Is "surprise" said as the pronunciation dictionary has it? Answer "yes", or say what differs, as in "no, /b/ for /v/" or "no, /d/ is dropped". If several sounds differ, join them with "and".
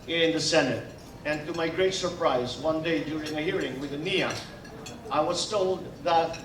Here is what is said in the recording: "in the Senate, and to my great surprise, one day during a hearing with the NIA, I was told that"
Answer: yes